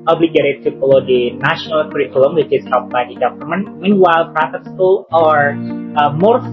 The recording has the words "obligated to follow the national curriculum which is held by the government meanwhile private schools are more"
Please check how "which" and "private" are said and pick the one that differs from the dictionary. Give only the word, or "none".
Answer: private